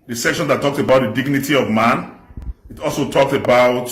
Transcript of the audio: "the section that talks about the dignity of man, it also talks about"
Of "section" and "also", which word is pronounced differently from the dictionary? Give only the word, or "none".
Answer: none